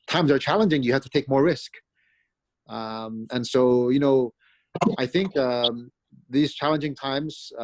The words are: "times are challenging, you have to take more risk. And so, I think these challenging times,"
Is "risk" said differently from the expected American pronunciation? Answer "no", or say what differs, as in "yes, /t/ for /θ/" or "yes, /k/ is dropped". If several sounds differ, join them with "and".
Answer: no